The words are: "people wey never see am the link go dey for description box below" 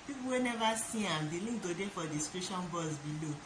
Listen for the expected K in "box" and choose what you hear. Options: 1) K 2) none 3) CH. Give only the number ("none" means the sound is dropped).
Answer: 2